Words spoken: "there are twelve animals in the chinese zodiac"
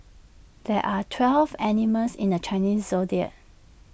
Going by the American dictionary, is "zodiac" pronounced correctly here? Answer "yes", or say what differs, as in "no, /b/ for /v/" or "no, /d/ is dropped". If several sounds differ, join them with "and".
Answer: no, /k/ is dropped